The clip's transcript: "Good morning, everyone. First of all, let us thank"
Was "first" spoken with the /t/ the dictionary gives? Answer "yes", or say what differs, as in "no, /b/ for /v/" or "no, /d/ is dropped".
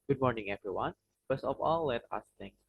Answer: no, /t/ is dropped